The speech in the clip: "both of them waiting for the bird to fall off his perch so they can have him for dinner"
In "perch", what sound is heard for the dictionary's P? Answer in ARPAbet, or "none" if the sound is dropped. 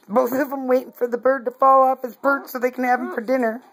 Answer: B